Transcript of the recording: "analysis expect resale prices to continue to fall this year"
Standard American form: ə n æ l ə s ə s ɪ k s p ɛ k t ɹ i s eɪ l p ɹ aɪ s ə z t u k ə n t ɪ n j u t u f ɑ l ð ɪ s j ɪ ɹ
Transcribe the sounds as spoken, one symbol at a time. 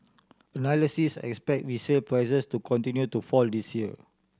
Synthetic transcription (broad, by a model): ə n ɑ l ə s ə s ɪ k s p ɛ k t w i s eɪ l p ɹ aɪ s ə s t u k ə n t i n j u t u f ɑ l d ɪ s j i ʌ